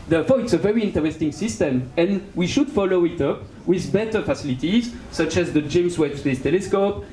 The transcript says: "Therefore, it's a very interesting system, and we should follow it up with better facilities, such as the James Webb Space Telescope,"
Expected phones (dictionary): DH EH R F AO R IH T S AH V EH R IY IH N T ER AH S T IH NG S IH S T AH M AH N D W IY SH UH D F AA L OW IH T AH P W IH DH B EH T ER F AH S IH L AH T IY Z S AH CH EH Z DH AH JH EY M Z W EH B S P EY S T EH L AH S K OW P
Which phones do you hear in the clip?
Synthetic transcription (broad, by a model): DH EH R F AO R IH T S AH V EH R IY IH N T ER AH S T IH NG S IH S T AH M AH N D W IY SH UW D F AA L OW IH T AH P W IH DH B EH T ER F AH S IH L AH T IY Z S AH CH EH Z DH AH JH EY M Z W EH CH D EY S T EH L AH S K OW P